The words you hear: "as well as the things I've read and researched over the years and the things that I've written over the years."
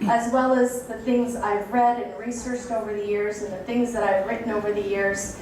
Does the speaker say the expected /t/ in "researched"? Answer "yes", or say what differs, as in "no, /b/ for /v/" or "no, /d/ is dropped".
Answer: yes